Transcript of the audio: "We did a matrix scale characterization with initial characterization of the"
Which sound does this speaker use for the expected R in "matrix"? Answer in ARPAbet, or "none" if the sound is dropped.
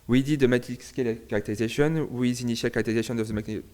none